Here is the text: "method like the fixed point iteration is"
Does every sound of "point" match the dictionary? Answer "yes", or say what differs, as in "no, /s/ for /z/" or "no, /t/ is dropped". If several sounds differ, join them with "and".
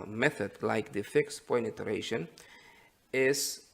no, /t/ is dropped